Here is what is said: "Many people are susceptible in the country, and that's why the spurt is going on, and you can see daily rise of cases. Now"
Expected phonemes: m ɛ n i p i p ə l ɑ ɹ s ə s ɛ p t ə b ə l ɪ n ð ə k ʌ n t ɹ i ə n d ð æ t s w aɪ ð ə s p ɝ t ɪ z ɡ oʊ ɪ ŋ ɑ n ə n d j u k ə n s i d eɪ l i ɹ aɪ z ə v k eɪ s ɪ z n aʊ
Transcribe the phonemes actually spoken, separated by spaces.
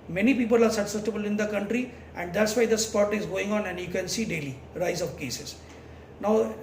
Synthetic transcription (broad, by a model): m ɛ n i p i p ə l ɑ ɹ s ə s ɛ t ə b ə l ɪ n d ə k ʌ n t ɹ i ə n d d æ t s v aɪ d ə s p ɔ t ɪ z ɡ oʊ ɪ ŋ ɑ n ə n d j u k ə n s i d eɪ l i ɹ aɪ z ə v k eɪ s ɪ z n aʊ